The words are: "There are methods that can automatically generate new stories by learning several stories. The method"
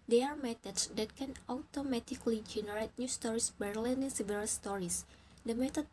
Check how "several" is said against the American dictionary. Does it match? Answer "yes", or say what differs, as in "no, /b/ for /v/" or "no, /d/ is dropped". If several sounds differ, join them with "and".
no, /b/ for /v/